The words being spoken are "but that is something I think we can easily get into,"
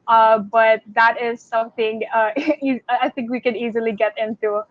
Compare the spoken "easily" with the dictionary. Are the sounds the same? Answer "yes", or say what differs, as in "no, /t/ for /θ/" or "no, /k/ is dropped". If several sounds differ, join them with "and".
yes